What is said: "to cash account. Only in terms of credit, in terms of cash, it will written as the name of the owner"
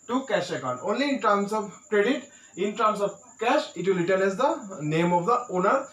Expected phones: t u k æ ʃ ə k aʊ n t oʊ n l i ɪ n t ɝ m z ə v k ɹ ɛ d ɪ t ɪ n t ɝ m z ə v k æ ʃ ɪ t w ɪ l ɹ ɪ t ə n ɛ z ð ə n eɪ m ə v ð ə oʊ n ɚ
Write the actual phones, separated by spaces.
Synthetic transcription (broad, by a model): t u k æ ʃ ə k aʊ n oʊ n l i ɪ n t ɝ m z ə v k ɹ ɛ d ɪ t ɪ n t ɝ m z ə v k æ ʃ ɪ t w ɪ l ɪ t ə l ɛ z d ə n eɪ m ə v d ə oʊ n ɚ